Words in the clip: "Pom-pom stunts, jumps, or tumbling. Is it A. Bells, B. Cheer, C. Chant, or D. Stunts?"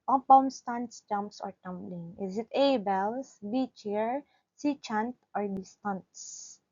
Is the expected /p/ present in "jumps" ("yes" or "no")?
yes